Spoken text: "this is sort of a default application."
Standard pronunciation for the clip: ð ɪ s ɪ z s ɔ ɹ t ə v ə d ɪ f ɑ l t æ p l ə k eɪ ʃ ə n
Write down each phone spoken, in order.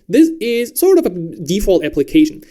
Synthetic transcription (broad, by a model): ð ɪ s ɪ z s ɔ ɹ t ə v ə d ɪ f ɑ l t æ p l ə k eɪ ʃ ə n